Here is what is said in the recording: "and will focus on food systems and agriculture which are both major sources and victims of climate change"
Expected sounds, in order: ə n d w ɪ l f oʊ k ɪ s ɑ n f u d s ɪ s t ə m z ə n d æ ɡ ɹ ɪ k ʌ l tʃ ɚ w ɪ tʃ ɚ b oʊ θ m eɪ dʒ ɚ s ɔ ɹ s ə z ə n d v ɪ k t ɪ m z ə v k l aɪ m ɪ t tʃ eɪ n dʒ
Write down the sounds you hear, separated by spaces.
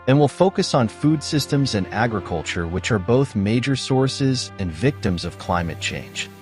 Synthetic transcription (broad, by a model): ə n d w ɪ l f oʊ k ɪ s n f u d s ɪ s t ə m z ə n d æ ɡ ɹ ɪ k ʌ l tʃ ɚ w ɪ tʃ ɚ b oʊ θ m eɪ dʒ ɚ s ɔ ɹ s ə z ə n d v ɪ k t ɪ m z ə v k l aɪ m ɪ t tʃ eɪ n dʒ